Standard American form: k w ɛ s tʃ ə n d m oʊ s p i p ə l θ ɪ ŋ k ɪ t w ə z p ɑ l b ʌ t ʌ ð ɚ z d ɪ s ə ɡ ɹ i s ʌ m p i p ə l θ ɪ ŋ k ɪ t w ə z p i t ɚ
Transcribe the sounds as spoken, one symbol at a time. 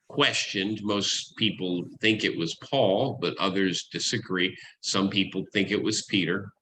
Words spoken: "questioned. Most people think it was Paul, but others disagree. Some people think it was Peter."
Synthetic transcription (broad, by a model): k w ɛ s tʃ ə n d m oʊ s p i p l θ ɪ ŋ k ɪ t w ə z p ɑ l b ʌ t ʌ ð ɚ z d ɪ s ə ɡ ɹ i s ʌ m p i p l θ ɪ ŋ k ɪ t w ə z p i t ɚ